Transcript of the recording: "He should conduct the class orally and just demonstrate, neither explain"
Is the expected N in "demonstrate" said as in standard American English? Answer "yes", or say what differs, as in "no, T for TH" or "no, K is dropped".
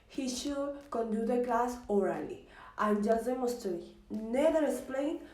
no, N is dropped